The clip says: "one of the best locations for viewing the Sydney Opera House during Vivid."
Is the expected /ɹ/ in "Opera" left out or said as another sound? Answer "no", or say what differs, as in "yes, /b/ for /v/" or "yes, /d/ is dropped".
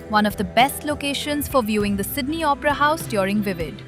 no